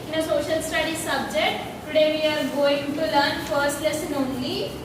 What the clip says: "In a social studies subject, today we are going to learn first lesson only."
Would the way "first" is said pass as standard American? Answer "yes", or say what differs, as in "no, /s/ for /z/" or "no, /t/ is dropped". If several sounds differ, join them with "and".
yes